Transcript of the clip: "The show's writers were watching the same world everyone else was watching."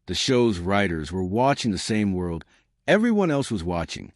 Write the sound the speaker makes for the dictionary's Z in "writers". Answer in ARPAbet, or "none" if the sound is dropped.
Z